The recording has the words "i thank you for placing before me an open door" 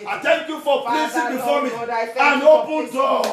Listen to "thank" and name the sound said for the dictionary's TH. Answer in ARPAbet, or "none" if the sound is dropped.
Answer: T